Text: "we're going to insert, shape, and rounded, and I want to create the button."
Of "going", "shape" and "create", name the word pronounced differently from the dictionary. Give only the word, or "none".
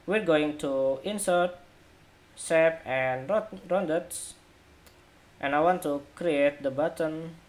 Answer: shape